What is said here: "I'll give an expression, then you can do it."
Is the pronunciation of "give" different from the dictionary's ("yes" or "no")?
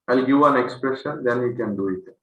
yes